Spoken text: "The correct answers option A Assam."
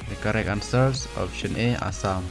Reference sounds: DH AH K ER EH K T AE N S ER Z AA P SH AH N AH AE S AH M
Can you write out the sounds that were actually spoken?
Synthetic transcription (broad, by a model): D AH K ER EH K AA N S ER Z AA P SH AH N AH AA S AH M